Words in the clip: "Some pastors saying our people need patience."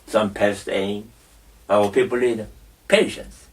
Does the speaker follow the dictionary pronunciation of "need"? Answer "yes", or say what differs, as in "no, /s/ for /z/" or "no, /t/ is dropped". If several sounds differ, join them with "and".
no, /l/ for /n/